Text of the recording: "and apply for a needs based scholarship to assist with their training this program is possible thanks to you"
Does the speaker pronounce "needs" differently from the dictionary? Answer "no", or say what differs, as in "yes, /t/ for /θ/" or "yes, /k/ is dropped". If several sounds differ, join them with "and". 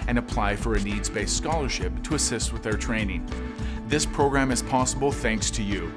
no